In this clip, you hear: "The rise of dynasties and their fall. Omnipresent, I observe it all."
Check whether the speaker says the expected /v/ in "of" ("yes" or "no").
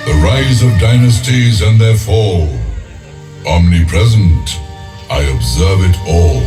yes